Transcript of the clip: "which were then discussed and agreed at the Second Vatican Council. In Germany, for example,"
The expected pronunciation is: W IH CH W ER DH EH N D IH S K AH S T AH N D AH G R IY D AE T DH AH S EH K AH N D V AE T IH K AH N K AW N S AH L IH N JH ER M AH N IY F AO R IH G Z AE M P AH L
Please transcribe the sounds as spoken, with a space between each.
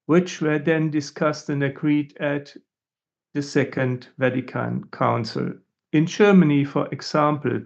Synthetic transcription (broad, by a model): W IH CH W ER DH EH N D IH S K AH S T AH N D AH G R IY D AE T DH AH S EH K AH N D V AE T IH K AH N K AW N S AH L IH N JH ER M AH N IY F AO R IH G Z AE M P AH L